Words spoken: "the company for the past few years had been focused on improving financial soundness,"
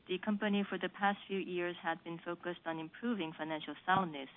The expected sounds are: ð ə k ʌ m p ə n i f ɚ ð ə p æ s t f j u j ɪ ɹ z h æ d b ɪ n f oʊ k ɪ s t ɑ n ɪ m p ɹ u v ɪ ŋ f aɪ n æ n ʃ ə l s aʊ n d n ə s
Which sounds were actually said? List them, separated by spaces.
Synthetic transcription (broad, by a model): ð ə k ʌ m p ə n i f ɚ ð ə p æ s t f j u j ɪ ɹ z h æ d b ɪ n f oʊ k ɪ s t n ɪ m p ɹ u v ɪ ŋ f aɪ n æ n ʃ l s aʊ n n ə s